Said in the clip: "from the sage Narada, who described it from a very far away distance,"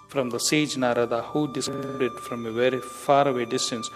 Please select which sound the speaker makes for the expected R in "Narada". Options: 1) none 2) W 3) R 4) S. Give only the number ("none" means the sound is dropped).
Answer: 3